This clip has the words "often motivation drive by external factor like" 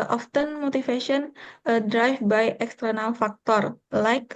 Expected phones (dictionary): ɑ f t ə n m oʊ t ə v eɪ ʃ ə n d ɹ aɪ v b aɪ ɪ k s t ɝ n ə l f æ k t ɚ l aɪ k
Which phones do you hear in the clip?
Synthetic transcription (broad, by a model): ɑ f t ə n m oʊ t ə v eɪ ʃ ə n d ɹ aɪ f b aɪ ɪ k s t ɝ n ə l f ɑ k t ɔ l aɪ k